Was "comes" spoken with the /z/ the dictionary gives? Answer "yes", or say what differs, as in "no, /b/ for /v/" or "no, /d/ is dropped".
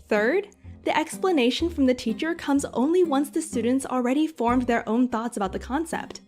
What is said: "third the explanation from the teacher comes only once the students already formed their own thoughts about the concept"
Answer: yes